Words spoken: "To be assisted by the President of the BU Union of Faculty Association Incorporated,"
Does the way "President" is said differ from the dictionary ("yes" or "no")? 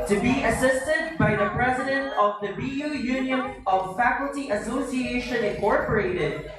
no